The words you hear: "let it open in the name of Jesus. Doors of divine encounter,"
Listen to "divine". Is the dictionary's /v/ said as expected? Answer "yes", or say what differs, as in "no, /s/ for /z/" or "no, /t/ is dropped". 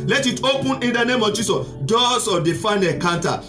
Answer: no, /f/ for /v/